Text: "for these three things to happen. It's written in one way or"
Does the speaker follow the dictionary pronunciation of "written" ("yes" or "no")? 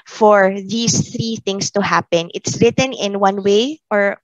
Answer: yes